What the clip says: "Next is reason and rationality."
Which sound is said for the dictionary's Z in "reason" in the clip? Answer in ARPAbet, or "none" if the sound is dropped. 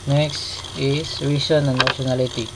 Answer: S